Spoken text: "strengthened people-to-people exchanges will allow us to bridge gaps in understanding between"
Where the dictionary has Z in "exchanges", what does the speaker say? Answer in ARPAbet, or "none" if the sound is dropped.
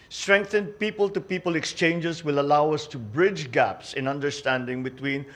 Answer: S